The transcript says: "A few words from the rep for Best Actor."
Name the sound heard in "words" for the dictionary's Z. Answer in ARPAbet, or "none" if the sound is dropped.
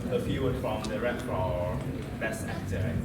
none